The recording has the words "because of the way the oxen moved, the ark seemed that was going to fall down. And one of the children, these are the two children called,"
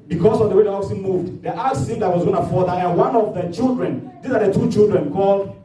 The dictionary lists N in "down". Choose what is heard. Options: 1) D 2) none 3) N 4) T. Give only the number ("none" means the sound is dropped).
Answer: 2